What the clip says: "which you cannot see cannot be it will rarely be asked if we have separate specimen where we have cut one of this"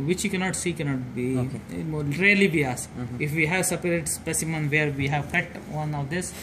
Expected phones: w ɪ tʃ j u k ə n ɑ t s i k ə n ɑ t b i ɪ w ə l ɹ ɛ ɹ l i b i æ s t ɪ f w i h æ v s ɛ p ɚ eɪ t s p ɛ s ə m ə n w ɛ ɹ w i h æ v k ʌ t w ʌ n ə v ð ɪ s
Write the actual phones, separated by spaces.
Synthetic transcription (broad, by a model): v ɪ tʃ j u k ə n ɑ t s i k ə n ɑ t b i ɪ ɹ ɛ ɹ l i b i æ s ɪ f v i h æ v s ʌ p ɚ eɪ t s p ɛ s ə m ə n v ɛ ɹ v i h æ v k ʌ t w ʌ n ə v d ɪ s